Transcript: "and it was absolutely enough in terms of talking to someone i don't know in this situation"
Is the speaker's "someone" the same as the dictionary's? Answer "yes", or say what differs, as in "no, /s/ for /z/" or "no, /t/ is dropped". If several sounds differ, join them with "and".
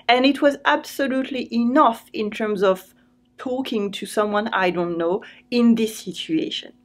yes